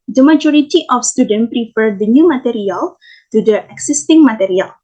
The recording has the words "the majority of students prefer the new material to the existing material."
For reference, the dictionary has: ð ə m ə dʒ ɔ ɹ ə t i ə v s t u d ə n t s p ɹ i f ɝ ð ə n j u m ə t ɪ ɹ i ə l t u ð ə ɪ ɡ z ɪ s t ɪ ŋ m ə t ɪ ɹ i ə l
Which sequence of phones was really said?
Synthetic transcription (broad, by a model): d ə m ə dʒ ɔ ɹ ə t i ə f s t u d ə n p ɹ i f ɝ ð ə n j u m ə t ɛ ɹ i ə l t u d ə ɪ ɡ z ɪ s t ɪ ŋ m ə t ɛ ɹ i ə l